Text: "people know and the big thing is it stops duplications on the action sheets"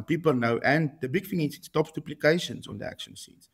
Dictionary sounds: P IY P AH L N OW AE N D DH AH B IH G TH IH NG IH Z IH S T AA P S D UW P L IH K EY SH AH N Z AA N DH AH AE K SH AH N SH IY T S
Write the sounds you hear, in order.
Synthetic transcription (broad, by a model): P IY P AH L N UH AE N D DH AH B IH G F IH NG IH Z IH S T AA P S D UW P L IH K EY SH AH N S AA N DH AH AE K SH AH N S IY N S